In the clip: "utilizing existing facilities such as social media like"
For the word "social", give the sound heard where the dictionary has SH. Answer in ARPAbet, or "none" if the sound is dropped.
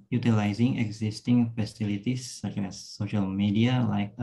SH